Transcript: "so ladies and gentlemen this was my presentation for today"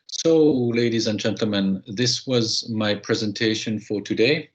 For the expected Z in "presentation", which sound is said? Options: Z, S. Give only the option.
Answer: Z